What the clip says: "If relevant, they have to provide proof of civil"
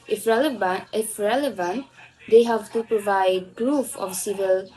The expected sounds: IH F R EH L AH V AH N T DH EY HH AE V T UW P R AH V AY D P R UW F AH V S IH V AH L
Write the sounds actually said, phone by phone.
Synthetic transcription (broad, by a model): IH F R EH L AH V AH N T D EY HH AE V T UW P R AH V AY D P R UW F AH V S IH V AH L